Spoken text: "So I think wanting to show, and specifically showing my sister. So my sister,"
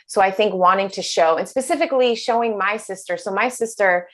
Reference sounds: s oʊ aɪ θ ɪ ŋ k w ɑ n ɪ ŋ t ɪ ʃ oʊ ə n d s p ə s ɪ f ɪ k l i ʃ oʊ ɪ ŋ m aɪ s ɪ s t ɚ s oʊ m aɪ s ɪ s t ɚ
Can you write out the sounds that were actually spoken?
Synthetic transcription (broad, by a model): s oʊ aɪ θ ɪ ŋ k w ɑ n ɪ ŋ t ɪ ʃ oʊ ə n s p ə s ɪ f ɪ k l i ʃ oʊ ɪ ŋ m aɪ s ɪ s t ɚ s oʊ m aɪ s ɪ s t ɚ